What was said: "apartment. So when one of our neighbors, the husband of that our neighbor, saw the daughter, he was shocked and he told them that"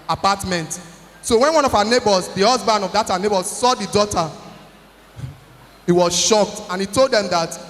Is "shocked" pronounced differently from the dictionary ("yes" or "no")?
no